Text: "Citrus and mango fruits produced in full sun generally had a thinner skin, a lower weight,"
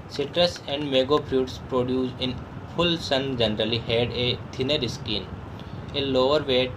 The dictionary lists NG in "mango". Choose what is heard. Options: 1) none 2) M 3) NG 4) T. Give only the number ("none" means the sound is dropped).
1